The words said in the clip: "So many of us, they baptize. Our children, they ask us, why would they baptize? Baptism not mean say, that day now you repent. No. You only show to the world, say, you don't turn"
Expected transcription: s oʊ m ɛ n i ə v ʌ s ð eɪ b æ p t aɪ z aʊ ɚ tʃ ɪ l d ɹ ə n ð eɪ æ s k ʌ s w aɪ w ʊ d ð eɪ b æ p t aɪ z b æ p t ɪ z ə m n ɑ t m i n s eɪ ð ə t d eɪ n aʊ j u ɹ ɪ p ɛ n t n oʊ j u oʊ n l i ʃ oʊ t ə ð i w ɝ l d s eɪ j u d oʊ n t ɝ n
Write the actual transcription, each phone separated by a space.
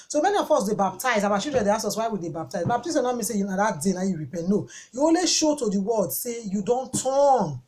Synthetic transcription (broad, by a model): s oʊ m ɛ n i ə f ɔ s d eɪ b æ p t aɪ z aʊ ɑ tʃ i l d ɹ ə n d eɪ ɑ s ɔ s w aɪ w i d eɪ b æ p t aɪ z b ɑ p t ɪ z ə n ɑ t m i n s eɪ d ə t d eɪ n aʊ j u ɹ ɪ p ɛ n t n oʊ j u oʊ n l i ʃ oʊ t ə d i w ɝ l d s eɪ j u d oʊ n t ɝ n